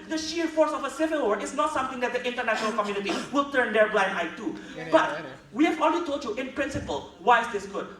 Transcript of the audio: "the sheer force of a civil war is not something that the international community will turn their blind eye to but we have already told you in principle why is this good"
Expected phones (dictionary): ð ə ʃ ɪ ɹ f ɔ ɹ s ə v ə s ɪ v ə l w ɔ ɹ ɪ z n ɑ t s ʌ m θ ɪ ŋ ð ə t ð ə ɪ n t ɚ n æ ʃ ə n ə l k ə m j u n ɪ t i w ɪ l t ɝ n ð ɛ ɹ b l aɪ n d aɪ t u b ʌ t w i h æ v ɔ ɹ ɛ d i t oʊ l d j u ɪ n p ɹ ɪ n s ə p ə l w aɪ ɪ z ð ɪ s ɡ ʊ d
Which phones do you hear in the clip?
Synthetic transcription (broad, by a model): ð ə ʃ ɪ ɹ f ɔ ɹ s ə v ə s ɪ v ə l w ɔ ɹ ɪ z n ɑ t s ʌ m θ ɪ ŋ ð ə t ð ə ɪ n t ɚ n æ ʃ ə n ə l k ə m j u n ɪ t i w ɪ l t ɝ n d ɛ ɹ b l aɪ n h aɪ t u b ʌ t w i h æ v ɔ l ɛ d i t oʊ l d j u ɪ n p ɹ ɪ n s ə p ə l w aɪ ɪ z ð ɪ s ɡ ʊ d